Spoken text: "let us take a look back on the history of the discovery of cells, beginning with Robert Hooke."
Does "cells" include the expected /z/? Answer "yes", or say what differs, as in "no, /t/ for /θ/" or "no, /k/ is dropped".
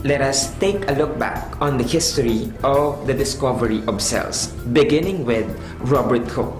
no, /s/ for /z/